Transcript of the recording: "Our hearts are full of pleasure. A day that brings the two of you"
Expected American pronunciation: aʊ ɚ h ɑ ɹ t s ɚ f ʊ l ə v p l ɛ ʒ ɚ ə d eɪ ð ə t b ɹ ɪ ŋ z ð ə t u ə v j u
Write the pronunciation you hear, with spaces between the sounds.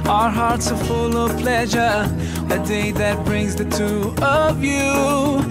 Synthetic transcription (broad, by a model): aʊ ɚ h ɑ ɹ t s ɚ f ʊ l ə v p l ɛ ʒ ɚ ə d eɪ ð ə t b ɹ ɪ ŋ z ð ə t u ə v j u